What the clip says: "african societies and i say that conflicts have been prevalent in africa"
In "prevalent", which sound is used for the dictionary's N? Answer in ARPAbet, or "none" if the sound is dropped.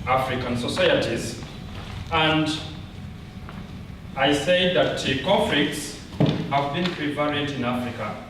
none